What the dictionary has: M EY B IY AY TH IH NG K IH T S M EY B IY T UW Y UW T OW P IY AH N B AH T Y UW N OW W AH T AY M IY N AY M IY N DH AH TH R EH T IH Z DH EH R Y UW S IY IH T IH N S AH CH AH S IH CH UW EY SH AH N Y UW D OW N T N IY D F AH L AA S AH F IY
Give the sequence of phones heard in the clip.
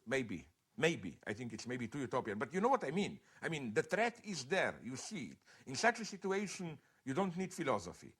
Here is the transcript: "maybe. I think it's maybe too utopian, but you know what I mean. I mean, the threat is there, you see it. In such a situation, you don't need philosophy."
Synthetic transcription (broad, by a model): M EY B IY AY TH IH NG K IH T S M EY B IY T UW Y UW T OW P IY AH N B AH T Y UW N OW W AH T AY M IY N AY M IY N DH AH T R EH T IH Z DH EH R Y UW S IY IH T IH N S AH CH AH S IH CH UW EY SH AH N Y UW D OW N T N IY D F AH L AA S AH F IY